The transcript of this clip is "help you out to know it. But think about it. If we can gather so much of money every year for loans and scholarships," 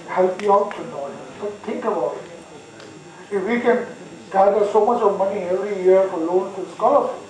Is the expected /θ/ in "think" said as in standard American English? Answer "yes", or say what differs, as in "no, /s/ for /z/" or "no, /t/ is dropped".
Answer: no, /t/ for /θ/